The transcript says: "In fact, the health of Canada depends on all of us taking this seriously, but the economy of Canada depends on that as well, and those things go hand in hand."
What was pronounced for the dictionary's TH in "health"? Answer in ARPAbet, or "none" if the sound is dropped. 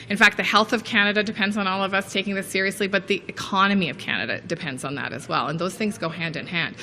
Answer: TH